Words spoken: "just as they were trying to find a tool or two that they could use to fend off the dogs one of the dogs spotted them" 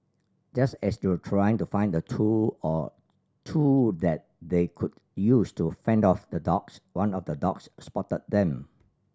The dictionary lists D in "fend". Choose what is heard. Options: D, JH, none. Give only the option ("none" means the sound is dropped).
D